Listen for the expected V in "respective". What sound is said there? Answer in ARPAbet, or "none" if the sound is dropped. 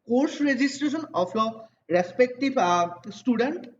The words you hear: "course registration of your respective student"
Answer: B